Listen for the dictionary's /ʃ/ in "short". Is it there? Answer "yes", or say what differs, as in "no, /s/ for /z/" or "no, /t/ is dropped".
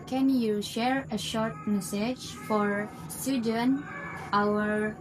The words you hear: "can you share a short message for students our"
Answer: yes